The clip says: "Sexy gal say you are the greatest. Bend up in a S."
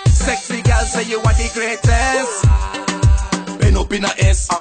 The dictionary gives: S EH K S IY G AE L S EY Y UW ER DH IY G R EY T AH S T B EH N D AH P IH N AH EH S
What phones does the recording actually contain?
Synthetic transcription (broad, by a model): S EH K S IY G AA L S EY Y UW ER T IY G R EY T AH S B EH N AO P IH N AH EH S